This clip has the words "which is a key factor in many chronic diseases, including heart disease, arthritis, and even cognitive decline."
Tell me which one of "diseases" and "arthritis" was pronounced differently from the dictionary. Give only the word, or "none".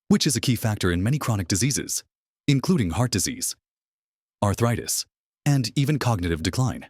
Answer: none